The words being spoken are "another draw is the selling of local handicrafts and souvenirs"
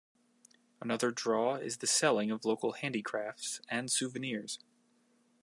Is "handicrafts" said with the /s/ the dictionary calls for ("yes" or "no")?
yes